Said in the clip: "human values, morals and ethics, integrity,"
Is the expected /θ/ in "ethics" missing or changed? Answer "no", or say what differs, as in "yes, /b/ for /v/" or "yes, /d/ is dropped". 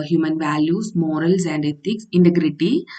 yes, /t/ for /θ/